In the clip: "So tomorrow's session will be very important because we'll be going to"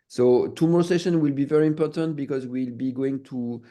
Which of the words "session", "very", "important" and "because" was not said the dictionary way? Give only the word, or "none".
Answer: none